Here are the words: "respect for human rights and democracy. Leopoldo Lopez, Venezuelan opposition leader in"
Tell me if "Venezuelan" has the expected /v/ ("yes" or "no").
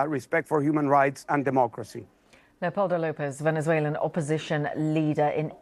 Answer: yes